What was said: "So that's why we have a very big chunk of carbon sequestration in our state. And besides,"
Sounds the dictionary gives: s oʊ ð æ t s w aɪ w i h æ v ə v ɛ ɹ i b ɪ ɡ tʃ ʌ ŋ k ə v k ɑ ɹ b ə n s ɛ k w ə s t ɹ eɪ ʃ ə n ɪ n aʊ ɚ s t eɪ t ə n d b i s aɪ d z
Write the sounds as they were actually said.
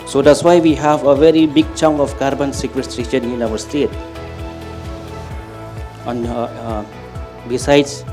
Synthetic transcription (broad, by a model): s oʊ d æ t s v aɪ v i h æ v ə v ɛ ɹ i b ɪ ɡ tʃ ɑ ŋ ə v k ɑ ɹ b ə n s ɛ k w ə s t ɹ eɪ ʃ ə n ɪ n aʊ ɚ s t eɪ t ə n b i s aɪ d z